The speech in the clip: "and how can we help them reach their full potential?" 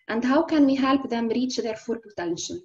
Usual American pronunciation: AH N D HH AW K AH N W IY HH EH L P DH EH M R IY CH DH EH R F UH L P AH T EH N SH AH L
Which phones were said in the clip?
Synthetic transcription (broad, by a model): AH N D HH AW K AH N W IY HH EH L P DH EH M R IY CH DH EH R F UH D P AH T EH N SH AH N